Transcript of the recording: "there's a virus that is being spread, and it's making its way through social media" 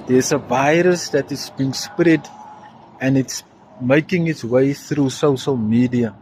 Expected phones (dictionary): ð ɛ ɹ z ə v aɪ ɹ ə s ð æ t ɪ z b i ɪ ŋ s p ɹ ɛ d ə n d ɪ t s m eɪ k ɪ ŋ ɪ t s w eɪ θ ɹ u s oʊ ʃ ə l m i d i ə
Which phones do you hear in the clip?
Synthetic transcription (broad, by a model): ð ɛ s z ə v aɪ ɹ ə s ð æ t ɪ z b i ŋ s p ɹ ɛ d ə n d ɪ t s m eɪ k ɪ ŋ ɪ t s w eɪ θ ɹ u s oʊ ʃ ə l m i d i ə